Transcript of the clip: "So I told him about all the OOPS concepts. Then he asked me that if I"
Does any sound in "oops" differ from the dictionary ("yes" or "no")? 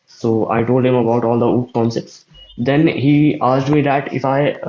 yes